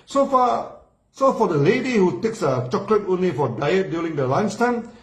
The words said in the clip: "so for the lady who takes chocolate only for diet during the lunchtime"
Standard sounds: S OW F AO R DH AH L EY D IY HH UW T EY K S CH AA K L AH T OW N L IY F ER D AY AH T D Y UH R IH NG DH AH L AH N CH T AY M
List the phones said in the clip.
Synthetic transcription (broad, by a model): S OW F AO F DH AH L EY D IY HH UW T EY K S CH AA K L AH T OW N L IY F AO D AY AH T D Y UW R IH NG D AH L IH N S T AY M